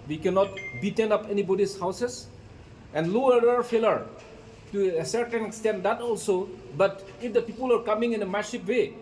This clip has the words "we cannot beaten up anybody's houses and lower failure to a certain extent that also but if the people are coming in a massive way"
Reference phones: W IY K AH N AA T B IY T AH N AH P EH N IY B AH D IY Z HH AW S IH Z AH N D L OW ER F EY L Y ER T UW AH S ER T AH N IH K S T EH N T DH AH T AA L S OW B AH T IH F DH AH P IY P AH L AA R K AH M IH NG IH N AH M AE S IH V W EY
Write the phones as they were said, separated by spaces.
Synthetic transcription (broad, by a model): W IY K AH N AA T B IY T AH N AH P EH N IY B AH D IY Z HH AW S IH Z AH N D L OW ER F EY L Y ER T UW AH S ER T AH N IH K S T EH N T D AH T AA L S OW B AH T IH F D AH P IY P AH L AA R K AH M IH NG IH N AH M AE SH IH P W EY